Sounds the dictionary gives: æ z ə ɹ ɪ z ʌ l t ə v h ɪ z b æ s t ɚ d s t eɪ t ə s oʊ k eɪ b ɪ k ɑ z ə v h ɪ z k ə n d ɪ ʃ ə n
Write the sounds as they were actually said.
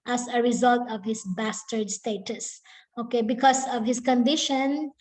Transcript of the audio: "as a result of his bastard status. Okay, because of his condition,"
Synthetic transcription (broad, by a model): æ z ə ɹ ɪ z ʌ l t ə v h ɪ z b æ s t ɚ d s t eɪ t ə s oʊ k eɪ b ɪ k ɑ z ə v h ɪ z k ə n d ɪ ʃ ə n